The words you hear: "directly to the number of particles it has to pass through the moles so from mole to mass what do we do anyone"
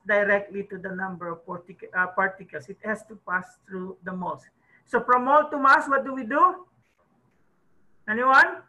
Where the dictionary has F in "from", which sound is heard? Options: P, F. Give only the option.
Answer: P